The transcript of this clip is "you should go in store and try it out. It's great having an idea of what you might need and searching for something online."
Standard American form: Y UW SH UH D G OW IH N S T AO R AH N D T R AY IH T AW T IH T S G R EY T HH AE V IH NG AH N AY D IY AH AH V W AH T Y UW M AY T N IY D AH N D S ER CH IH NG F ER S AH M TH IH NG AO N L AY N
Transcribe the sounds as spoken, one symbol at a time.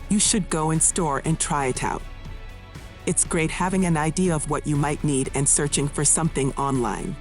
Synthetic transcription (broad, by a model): Y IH SH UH D G OW IH N S T AO R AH N T R AY IH T AW T IH T S G R EY T HH AE V IH NG AH N AY D IY AH AH V W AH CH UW M AY T N IY D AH N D S ER CH IH NG F ER S AH M TH IH NG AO N L AY N